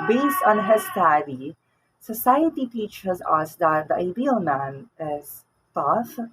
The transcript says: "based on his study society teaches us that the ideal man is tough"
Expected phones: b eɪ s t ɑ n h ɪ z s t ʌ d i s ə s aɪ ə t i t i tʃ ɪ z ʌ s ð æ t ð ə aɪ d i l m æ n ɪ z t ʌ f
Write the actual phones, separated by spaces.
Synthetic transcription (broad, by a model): b eɪ s t ɑ n h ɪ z s t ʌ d i s ə s aɪ ə t i t i tʃ ɪ z ʌ s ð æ t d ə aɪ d i l m æ n ɪ z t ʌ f